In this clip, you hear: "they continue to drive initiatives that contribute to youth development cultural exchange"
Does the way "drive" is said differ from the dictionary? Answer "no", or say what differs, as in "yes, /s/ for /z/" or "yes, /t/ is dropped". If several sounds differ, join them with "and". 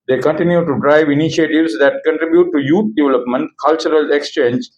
no